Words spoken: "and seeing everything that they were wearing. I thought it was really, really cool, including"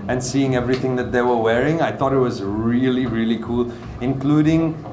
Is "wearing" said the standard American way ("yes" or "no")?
yes